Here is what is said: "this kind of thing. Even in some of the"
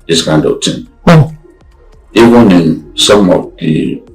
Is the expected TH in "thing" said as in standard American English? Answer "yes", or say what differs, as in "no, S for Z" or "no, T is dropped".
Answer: no, T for TH